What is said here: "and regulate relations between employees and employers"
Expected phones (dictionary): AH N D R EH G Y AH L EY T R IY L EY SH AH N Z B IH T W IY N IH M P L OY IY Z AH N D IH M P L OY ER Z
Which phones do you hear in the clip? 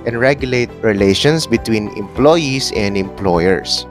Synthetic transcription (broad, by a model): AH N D R EH G Y AH L EY T R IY L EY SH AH N S B IH T W IY N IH M P L OY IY S AH N D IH M P L OY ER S